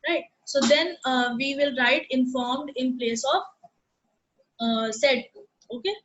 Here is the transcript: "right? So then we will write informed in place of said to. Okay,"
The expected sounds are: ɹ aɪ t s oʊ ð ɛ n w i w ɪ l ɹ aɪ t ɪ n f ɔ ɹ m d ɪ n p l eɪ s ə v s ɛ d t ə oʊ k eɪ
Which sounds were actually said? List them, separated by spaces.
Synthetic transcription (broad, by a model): ɹ aɪ t s oʊ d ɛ n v i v ɪ l ɹ aɪ t ɪ n f ɔ ɹ m d ɪ n p l eɪ s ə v s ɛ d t oʊ k eɪ